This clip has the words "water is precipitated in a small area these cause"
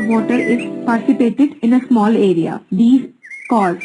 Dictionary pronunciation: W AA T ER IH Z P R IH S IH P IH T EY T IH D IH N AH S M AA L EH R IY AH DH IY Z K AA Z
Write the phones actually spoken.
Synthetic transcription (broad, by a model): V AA T ER IH Z P IH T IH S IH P EY T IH D IH N AH S M AA L EH R IY AH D IY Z K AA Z